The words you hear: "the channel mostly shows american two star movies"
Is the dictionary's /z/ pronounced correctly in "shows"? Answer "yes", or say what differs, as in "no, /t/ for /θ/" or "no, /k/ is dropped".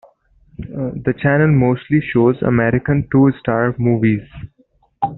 yes